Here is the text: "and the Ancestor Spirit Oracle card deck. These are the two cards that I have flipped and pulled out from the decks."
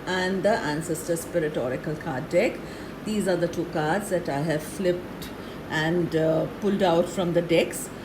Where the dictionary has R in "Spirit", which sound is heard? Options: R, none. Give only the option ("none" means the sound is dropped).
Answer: R